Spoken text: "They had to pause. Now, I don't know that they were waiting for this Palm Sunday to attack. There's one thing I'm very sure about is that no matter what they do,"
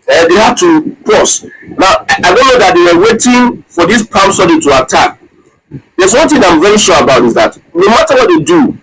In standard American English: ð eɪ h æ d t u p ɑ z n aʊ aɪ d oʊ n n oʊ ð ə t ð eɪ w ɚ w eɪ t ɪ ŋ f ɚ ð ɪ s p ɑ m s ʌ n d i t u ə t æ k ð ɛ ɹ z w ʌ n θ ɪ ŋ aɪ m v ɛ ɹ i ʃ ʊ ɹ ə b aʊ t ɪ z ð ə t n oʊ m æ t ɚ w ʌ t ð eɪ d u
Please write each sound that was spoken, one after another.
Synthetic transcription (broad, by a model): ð eɪ h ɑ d t u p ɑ s n aʊ aɪ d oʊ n n oʊ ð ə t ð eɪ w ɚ w eɪ t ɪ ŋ f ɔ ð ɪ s p ɑ m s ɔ d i t u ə t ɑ k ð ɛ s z w ʌ n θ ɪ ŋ aɪ m v ɛ ɹ i ʃ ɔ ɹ ə b aʊ t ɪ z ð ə t n oʊ m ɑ t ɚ w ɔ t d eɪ d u